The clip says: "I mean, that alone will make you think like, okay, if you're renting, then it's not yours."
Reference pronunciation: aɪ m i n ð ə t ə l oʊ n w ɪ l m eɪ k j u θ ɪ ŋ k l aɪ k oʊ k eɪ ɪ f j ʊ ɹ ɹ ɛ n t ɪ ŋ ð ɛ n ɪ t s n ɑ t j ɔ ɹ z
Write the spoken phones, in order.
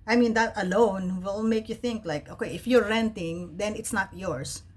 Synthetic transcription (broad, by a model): aɪ m i n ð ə t ə l oʊ n w ɪ l m eɪ k j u θ ɪ ŋ k l aɪ k oʊ k eɪ ɪ f j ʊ ɹ ɹ ɛ n t ɪ ŋ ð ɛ n ɪ t s n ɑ t j ɔ ɹ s